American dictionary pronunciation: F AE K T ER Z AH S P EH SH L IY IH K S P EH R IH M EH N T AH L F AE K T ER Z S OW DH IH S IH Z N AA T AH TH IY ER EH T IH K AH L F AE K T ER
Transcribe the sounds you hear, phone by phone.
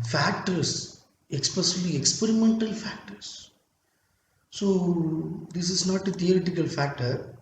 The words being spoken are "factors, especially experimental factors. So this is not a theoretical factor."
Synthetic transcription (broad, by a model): F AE K T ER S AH S P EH S L IY IH K S P EH R IH M EH N T AH L F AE K T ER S S OW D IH S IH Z N AA T AH T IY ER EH T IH K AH L F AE K T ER